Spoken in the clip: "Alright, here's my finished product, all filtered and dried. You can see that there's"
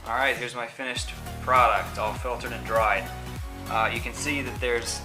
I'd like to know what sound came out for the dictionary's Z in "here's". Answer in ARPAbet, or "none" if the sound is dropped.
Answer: Z